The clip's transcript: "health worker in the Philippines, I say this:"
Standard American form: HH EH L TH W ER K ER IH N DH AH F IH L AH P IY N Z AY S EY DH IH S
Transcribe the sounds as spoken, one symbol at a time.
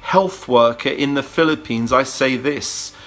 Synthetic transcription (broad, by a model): HH EH L TH W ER K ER IH N DH AH F IH L AH P IY N Z AY S EY DH IH S